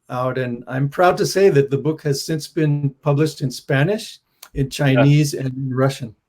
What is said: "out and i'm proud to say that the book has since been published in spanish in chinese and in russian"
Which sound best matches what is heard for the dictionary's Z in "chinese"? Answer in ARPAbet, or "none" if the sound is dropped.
Z